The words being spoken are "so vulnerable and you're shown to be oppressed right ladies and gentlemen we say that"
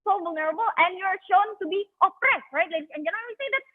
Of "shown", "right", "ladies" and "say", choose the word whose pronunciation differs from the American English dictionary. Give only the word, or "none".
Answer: ladies